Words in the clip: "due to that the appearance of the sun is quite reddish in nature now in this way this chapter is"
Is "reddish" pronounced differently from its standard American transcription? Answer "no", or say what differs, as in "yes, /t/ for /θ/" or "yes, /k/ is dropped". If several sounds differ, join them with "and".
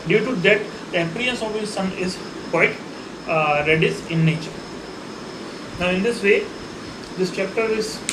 yes, /s/ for /ʃ/